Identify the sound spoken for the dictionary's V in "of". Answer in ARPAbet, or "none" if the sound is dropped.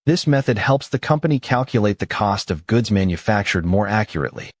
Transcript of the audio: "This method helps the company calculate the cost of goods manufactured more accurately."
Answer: V